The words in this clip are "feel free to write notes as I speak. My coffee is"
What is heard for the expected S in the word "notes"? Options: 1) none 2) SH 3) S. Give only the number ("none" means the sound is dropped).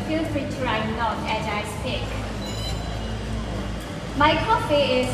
1